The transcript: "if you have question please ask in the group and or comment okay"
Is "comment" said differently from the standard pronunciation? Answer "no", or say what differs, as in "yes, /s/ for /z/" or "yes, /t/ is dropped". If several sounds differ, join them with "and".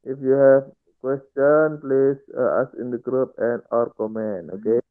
yes, /t/ is dropped